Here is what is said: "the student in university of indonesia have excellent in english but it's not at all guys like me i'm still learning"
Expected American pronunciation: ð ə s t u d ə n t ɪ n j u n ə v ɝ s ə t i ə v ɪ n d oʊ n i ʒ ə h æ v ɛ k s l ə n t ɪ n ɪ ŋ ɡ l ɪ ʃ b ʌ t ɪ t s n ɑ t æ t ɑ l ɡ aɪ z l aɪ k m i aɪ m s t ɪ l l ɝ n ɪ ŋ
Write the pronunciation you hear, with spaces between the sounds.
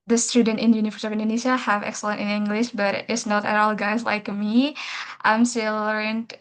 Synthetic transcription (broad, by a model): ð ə s t u d ə n t ɪ n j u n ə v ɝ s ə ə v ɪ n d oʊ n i ʃ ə h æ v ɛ k s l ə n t ɪ n ɪ ŋ ɡ l ɪ ʃ b ʌ t ɪ t s n ɑ t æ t ɑ l ɡ aɪ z l aɪ k m i aɪ m s t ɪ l l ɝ n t